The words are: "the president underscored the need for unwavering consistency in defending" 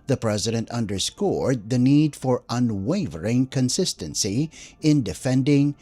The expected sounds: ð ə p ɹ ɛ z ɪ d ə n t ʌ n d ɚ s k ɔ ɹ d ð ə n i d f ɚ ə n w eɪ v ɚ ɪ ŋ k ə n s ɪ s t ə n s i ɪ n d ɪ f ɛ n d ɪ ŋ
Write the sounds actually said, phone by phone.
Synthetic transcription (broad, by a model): ð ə p ɹ ɛ z ɪ d ə n t ʌ n d ɚ s k ɔ ɹ d ð ə n i d f ɚ ə n w eɪ v ɚ ɪ ŋ k ə n s ɪ s t ə n s i ɪ n d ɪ f ɛ n d ɪ ŋ